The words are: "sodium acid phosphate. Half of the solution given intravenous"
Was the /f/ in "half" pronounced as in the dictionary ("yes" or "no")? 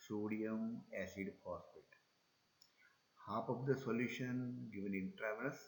no